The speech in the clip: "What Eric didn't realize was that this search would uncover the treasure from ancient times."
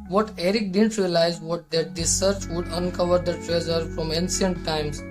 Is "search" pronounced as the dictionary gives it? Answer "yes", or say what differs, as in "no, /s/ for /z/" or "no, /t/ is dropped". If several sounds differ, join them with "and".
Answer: yes